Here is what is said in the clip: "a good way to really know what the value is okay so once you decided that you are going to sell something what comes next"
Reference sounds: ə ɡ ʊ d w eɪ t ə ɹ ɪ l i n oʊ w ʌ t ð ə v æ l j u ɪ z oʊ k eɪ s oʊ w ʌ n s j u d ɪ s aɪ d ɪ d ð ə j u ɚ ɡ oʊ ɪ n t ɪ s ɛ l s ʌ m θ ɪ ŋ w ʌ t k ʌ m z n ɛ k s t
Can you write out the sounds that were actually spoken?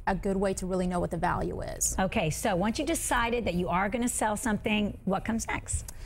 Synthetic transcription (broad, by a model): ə ɡ ʊ d w eɪ t ə ɹ ɪ l i n oʊ w ʌ t ð ə v æ l j u ɪ z oʊ k eɪ s oʊ w ʌ n s j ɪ d ɪ s aɪ d ɪ d ð ə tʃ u ɚ ɡ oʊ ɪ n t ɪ s ɛ l s ʌ m θ ɪ ŋ w ʌ t k ʌ m z n ɛ k s t